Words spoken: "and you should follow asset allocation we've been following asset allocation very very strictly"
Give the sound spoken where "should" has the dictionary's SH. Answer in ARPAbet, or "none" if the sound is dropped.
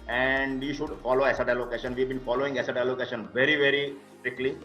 SH